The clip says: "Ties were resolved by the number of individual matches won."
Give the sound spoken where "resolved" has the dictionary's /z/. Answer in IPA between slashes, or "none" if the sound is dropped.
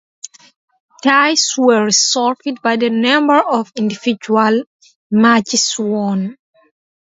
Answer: /s/